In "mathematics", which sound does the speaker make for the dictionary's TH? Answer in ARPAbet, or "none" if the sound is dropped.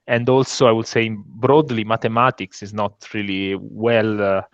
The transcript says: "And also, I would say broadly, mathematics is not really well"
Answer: T